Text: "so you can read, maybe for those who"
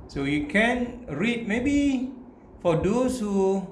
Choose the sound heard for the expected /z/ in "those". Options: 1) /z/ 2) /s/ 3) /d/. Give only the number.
2